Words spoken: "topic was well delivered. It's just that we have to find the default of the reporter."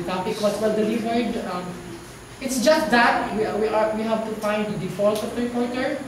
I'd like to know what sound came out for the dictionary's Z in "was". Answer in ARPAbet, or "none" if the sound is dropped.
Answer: S